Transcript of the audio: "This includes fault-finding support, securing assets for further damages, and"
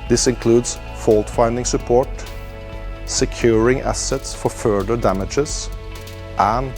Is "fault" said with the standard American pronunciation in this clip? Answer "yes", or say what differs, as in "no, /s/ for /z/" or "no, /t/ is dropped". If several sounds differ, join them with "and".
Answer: yes